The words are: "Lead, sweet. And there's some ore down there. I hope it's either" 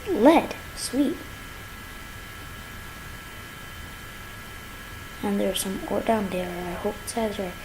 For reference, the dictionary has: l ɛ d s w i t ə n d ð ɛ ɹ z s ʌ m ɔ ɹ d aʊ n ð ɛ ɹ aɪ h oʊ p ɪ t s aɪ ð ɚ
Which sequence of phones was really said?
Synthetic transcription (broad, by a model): l ɛ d s w i t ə n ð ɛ ɹ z s ʌ m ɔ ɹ d aʊ n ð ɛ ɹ aɪ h oʊ ɪ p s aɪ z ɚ